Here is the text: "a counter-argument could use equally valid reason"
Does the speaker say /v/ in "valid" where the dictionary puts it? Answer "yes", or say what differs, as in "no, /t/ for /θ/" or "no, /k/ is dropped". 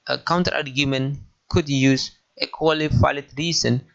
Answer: no, /f/ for /v/